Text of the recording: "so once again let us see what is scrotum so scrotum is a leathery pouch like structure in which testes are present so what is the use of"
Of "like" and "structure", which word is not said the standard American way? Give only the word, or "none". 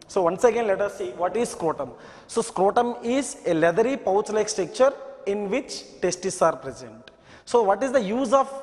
structure